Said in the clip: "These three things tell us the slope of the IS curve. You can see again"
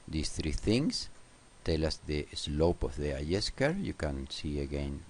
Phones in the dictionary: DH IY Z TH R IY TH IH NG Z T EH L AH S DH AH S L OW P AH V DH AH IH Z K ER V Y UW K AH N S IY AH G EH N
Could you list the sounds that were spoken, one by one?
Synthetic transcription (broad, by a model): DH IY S TH R IY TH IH NG S T EH L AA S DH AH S L OW P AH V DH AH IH S K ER Y UW K AH N S IY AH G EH N